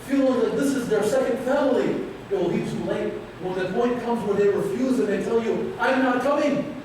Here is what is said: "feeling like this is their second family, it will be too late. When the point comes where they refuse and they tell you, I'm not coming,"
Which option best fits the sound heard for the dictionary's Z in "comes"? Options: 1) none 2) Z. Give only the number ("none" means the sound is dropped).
2